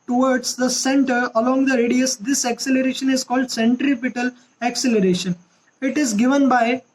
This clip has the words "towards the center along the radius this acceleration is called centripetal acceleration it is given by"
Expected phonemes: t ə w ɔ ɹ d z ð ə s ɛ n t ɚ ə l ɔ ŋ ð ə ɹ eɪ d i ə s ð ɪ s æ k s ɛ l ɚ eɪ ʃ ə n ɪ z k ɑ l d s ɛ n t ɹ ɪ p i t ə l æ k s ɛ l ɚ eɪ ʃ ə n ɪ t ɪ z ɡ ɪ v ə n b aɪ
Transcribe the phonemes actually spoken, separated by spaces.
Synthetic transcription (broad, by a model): t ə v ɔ ɹ d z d ə s ɛ n t ɚ ə l ɔ ŋ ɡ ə ɹ eɪ d i ə s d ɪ s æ k s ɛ l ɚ eɪ ʃ ə n ɪ z k ɑ l d s ɛ n t ɹ ɪ p i t ə l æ k s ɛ l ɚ eɪ ʃ ə n ɪ t ɪ z ɡ ɪ v ə n b aɪ